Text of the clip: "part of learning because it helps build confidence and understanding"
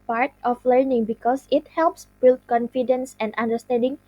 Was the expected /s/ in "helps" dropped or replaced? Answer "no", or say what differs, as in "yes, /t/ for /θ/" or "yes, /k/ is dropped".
no